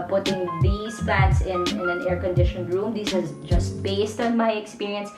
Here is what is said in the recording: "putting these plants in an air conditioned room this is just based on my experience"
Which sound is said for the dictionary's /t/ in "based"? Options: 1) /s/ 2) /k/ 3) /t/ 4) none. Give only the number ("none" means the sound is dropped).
3